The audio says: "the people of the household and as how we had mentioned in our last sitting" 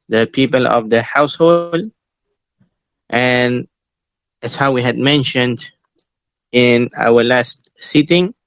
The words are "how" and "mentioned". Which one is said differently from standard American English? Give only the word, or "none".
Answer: none